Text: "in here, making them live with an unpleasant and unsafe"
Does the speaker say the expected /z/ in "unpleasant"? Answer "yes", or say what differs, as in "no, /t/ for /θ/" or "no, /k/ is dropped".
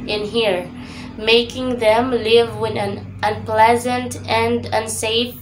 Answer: yes